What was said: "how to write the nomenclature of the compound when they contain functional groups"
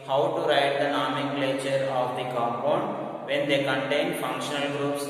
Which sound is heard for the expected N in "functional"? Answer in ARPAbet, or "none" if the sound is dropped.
N